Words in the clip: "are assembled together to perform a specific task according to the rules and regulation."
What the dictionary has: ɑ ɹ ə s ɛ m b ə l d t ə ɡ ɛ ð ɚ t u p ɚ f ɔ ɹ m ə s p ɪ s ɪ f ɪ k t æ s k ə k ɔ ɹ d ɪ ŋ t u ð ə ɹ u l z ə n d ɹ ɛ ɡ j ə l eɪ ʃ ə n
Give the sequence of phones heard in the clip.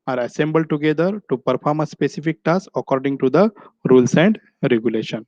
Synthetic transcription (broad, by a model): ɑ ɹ ə s ɛ m b ə l d t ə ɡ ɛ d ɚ t u p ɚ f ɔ ɹ m ə s p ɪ s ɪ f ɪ k t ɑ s ə k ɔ ɹ d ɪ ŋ t u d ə ɹ u l s ə n d ɹ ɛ ɡ j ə l eɪ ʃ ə n